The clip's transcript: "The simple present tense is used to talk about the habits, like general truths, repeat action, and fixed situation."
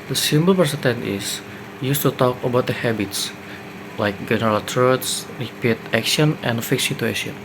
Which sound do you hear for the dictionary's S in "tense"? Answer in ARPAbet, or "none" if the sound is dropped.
none